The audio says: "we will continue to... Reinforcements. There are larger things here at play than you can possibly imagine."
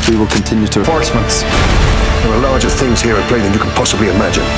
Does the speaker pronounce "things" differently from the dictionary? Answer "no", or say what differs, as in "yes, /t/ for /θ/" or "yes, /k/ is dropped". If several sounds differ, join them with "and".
no